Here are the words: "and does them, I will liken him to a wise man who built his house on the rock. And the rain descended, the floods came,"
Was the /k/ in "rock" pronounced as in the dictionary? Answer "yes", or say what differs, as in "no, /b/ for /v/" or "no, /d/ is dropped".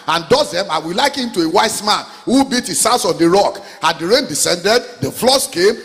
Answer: yes